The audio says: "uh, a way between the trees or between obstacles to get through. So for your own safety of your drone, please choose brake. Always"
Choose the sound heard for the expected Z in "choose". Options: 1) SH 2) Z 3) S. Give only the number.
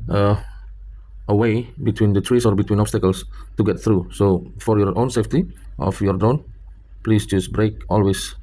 3